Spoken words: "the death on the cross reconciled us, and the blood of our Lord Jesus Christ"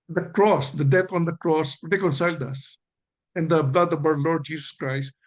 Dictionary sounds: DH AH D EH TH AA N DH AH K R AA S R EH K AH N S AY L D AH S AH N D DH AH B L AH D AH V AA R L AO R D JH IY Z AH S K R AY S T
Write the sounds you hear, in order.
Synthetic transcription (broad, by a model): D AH D EH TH AA N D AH K R AA S R EH K AH N S AY L D AH S AH N D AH B L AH D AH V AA W L AO R D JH IY S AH S K R AY S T